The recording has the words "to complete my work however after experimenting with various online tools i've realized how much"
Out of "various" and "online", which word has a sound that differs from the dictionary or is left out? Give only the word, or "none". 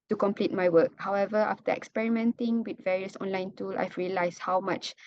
none